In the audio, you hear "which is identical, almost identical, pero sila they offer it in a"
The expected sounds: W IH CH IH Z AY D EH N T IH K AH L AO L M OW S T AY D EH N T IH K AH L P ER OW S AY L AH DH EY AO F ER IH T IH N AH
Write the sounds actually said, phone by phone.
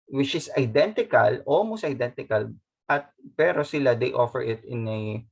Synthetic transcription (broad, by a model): W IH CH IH S AY D EH N T IH K AH L AO M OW S AY D EH N T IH K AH L P ER OW S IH L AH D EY AO F ER IH T IH N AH